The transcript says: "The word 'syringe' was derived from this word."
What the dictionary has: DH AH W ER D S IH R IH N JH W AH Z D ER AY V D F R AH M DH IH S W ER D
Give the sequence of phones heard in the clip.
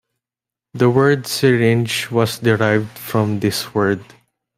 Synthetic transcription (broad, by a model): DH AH W ER D S IH R IH N JH W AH S D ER AY V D F R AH M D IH S W ER D